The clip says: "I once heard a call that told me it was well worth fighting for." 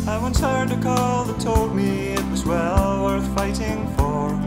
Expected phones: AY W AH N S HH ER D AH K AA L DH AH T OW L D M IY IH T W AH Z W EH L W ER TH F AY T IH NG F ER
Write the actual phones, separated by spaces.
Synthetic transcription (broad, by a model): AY W AH N S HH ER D AH K AA L DH AH T OW L D M IY IH T W AH Z W EH L W ER TH F AY T IH NG F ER